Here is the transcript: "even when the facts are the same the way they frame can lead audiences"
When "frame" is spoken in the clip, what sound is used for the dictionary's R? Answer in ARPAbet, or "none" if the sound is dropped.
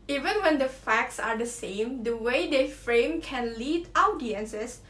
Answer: R